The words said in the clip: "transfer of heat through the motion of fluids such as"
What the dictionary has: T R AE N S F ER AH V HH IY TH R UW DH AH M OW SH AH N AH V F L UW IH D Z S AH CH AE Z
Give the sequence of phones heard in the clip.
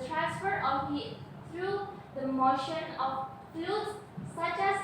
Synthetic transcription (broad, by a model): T R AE N S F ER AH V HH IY T R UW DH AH M OW SH AH N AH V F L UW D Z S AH CH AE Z